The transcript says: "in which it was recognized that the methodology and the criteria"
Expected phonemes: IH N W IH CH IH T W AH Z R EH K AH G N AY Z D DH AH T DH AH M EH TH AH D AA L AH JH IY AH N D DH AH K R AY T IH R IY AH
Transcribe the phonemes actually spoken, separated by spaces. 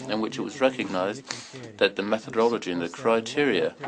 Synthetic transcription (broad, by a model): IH N W IH CH IH T W AH Z R EH K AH G N AY Z DH AH T DH AH M EH TH AH D AA L AH JH IY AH N DH AH K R AY T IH R IY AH